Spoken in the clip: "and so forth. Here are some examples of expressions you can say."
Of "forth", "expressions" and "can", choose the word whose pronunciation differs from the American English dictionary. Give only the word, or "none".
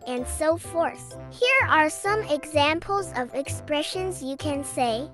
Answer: none